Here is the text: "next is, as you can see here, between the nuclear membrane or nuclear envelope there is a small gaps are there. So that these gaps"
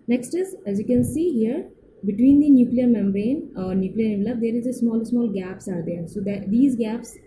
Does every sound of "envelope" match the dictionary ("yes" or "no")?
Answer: no